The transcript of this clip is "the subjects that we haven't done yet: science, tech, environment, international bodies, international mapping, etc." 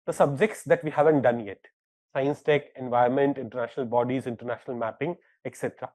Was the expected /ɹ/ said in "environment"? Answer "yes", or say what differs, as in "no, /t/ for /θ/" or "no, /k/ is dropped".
no, /ɹ/ is dropped